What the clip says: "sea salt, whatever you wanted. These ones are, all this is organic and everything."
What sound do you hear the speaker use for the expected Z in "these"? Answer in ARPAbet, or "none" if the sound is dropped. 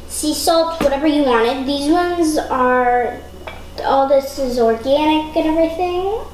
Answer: Z